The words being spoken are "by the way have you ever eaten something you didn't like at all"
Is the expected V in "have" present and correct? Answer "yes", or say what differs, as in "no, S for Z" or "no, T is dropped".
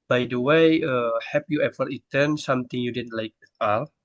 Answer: no, P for V